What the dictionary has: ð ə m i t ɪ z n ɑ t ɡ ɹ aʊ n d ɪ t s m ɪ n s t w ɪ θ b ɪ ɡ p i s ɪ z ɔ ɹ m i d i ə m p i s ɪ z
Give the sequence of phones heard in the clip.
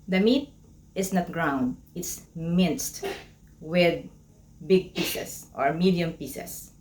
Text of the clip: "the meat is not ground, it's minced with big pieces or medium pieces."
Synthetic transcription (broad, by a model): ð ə m i t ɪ s n ɑ t ɡ ɹ aʊ n d ɪ t s m ɪ n s t w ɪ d b ɪ ɡ p i s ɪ s ɔ ɹ m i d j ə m p i s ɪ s